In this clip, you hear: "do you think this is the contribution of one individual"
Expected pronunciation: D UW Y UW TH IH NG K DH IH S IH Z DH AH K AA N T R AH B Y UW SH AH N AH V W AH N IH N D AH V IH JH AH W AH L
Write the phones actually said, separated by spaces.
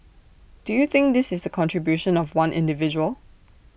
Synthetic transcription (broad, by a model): D UW Y UW TH IH NG K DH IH S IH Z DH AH K AA N T R AH B Y UW SH AH N AH V W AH N IH N D AH V IH JH AH W AH L